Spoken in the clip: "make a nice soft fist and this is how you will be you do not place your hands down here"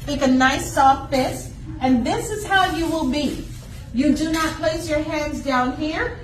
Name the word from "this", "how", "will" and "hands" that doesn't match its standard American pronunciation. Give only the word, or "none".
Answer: none